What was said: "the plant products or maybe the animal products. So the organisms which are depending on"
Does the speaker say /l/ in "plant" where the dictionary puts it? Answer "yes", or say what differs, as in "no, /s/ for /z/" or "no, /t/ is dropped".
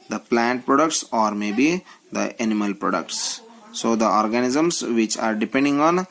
yes